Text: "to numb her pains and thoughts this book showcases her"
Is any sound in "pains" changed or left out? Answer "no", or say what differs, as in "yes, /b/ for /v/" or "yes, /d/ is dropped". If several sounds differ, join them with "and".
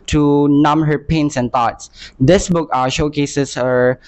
yes, /s/ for /z/